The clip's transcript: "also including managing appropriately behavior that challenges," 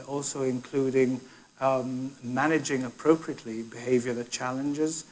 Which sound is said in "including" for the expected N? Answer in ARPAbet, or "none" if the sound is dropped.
N